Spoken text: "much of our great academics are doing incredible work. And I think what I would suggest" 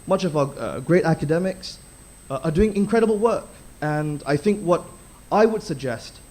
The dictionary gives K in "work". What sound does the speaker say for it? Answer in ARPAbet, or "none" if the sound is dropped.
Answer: K